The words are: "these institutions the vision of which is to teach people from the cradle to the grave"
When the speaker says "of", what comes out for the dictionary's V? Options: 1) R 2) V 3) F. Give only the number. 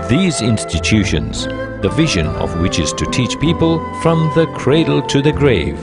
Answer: 2